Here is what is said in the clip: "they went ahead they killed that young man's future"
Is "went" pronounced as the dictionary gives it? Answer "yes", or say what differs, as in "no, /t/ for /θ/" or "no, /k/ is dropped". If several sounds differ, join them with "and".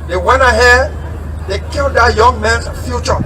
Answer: no, /t/ is dropped